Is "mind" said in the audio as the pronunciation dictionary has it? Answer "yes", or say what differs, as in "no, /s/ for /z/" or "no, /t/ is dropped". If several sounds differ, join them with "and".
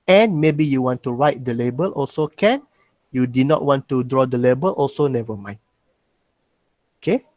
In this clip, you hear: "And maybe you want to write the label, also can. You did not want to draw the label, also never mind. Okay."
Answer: no, /d/ is dropped